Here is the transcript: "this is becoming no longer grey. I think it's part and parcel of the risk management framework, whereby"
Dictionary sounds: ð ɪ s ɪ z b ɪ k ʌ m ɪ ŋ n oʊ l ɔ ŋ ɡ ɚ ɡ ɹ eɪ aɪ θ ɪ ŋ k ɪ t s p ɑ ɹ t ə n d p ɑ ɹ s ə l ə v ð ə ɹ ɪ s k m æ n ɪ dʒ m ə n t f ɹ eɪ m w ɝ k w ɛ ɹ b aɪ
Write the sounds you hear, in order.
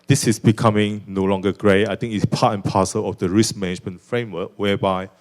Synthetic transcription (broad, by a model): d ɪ s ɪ s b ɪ k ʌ m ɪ ŋ n oʊ l ɔ ŋ ɡ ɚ ɡ ɹ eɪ aɪ t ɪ ŋ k ɪ t s p ɑ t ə n p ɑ s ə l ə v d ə ɹ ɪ s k m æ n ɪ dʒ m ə n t f ɹ eɪ m w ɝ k w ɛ b aɪ